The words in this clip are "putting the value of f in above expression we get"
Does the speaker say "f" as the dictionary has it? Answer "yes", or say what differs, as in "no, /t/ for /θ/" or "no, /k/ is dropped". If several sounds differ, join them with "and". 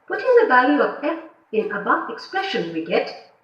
no, /p/ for /f/